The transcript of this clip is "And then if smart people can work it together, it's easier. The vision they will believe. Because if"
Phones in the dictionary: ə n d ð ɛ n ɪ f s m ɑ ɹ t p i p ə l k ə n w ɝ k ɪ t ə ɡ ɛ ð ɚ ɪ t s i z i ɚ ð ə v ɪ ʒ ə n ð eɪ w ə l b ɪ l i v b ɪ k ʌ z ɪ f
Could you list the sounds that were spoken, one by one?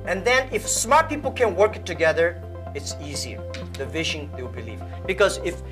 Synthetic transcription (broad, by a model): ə n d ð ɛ n ɪ f s m ɑ ɹ t p i p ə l k ə n w ɝ k ɪ t ə ɡ ɛ ð ɚ ɪ t s i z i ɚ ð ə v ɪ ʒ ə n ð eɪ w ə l b ɪ l i v b ɪ k ʌ z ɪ f